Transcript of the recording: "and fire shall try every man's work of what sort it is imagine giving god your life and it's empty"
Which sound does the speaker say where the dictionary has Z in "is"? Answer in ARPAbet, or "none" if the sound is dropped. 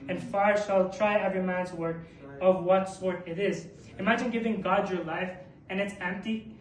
Z